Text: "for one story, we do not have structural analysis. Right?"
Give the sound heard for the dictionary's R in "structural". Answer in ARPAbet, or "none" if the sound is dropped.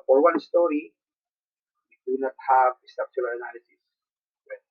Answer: none